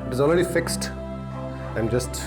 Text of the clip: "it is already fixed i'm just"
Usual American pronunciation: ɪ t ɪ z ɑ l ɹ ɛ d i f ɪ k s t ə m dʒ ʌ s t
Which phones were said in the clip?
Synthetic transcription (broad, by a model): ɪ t ɪ z ɑ l ɹ ɛ d i f ɪ k s t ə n dʒ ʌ s t